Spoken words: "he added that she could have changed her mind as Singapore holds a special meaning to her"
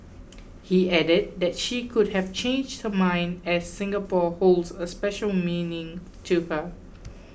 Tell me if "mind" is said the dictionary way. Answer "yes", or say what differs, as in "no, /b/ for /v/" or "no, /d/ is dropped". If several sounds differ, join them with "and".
yes